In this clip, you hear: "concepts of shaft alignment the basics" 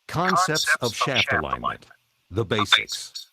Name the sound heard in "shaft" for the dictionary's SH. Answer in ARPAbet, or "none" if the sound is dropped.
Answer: SH